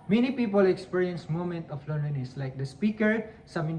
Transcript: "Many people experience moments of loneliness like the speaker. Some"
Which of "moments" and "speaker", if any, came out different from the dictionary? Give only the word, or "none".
moments